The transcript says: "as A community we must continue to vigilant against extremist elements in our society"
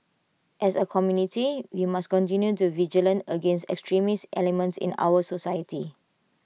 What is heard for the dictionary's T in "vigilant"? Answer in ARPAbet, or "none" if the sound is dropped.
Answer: none